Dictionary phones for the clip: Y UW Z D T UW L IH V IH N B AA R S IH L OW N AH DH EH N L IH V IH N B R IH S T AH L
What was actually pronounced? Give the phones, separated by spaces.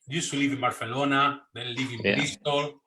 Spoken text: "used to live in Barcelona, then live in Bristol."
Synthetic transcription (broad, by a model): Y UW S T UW L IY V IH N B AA R TH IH L OW N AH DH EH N L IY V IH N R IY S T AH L